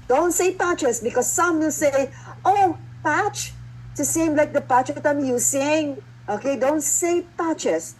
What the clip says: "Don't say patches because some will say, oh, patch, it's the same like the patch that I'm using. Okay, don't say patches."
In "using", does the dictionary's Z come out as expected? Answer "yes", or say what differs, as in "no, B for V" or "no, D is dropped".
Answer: no, S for Z